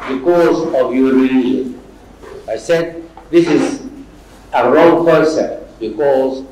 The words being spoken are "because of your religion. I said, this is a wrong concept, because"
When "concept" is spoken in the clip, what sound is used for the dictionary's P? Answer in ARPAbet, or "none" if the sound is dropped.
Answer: none